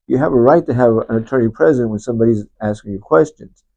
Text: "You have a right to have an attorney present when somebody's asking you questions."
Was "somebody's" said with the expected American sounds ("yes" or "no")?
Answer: yes